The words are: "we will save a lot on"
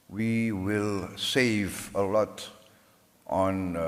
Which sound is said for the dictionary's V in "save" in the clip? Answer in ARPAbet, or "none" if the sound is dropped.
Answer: V